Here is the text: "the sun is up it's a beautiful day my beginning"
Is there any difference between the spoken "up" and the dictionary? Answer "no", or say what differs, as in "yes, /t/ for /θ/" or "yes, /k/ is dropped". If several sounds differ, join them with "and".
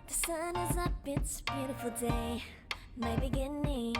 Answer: yes, /b/ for /p/